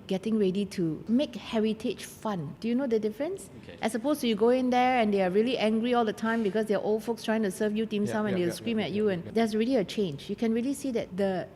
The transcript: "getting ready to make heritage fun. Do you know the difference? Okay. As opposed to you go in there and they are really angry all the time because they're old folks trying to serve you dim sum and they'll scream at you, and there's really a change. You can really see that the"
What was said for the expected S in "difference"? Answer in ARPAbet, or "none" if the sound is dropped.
S